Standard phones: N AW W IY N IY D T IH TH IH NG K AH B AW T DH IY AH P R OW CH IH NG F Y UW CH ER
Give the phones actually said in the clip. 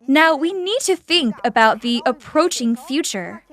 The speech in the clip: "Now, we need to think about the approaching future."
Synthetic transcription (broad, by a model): N AW W IY N IY D T IH TH IH NG K AH B AW T DH IY AH P R OW CH IH NG F Y UW CH ER